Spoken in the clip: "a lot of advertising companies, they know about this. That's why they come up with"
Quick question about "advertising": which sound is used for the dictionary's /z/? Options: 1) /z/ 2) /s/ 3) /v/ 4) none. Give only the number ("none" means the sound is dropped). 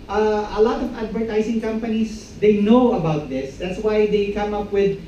2